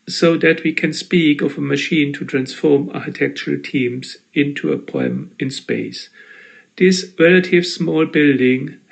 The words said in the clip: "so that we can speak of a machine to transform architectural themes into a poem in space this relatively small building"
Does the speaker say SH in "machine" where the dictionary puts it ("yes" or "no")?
yes